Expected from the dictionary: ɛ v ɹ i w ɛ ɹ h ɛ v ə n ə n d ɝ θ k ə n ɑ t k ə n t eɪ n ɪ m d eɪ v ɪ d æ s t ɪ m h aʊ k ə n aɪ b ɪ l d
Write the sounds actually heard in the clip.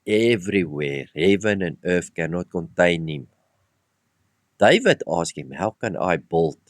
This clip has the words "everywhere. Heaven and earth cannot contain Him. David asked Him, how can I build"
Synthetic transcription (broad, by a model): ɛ v ɹ i w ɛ ɹ h ɛ v ə n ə n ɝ f k ə n ɑ t k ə n t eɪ n ɪ m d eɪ v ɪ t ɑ s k ɪ m h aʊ k ə n aɪ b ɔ l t